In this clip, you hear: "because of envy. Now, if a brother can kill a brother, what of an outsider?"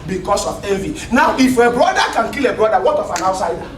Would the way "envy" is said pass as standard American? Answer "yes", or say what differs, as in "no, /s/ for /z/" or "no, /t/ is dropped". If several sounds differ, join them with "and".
no, /n/ is dropped